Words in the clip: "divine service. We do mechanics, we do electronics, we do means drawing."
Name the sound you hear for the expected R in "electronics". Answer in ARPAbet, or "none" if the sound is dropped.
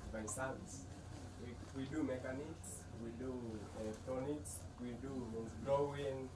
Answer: none